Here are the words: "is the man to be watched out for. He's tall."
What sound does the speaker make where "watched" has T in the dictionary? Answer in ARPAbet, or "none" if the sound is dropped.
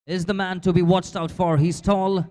T